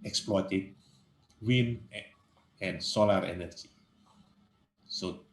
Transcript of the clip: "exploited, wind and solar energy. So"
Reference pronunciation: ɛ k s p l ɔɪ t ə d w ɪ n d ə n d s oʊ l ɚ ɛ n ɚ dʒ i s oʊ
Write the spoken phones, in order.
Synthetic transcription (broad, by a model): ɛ k s p l ɔɪ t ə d w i n ə n s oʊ l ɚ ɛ n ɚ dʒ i s oʊ